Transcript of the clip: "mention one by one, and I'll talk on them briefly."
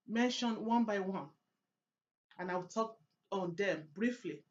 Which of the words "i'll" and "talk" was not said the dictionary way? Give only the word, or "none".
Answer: i'll